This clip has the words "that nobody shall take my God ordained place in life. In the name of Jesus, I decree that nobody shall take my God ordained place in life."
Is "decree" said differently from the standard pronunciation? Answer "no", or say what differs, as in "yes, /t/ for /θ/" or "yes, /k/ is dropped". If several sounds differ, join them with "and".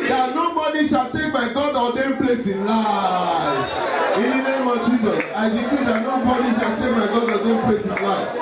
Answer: yes, /ɹ/ is dropped